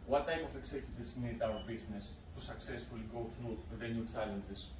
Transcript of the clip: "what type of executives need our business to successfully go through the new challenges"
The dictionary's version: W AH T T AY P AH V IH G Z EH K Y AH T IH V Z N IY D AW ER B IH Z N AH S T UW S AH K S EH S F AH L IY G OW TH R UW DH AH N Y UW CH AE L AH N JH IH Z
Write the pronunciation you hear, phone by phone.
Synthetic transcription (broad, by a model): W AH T T AY P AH F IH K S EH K Y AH T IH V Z N IY D AW ER B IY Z N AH S T UW S AH K S EH S F AH L IY G OW F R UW DH AH N Y UW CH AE L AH N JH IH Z